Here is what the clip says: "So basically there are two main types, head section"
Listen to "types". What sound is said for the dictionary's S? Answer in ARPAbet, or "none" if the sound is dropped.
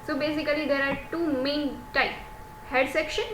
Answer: none